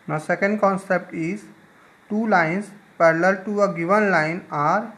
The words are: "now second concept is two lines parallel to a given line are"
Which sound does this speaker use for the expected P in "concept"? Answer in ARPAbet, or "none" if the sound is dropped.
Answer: P